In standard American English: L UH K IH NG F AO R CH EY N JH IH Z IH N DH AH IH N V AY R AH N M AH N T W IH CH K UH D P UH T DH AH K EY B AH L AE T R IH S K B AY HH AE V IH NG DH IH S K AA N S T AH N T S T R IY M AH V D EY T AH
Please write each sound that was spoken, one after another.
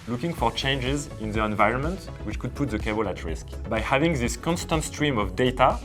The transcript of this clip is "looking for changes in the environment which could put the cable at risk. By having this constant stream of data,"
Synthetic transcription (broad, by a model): L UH K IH NG F AO R CH EY N JH IH Z IH N DH AH IH N V AY R AH N M AH N T W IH CH K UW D P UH T DH AH K EY B AH L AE T R IH S K B AY HH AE V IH NG DH IH S K AA N S T AH N T S T R IY M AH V D EY T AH